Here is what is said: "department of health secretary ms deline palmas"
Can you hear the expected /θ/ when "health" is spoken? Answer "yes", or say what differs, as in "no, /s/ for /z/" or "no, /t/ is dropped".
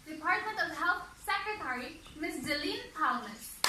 no, /t/ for /θ/